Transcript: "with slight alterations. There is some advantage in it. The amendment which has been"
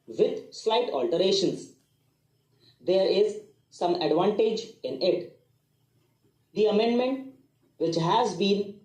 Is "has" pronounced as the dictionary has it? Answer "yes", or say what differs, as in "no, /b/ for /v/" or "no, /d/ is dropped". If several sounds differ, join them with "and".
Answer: yes